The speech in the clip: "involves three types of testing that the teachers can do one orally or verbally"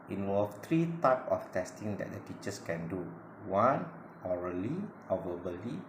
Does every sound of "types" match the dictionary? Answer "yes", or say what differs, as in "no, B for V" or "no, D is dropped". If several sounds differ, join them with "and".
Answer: no, S is dropped